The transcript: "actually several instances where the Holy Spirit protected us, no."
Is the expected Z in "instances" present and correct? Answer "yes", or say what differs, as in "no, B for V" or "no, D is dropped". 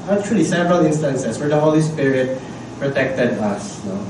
no, S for Z